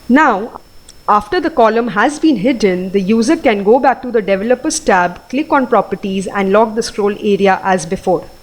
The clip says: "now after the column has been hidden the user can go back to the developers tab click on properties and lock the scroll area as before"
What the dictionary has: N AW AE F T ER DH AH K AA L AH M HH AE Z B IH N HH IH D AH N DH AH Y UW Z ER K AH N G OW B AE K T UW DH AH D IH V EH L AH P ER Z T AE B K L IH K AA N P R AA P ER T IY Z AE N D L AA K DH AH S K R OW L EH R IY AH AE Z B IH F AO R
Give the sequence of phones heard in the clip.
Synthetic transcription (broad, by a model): N AW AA F T ER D AH K AA L AH M HH AE Z B IH N HH IH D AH N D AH Y UW Z ER K AH N G OW B AE K T UW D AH D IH V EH L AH P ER S T AE B K L IH K AA N P R AA P ER T IY Z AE N D L AA K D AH S K R OW L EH R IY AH AE Z B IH F AO R